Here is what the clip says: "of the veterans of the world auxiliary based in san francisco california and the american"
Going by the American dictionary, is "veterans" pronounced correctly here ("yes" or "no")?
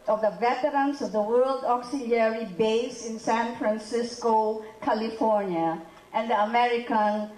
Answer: no